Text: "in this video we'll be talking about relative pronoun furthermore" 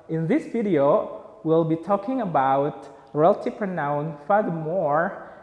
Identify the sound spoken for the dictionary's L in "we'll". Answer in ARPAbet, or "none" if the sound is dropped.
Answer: L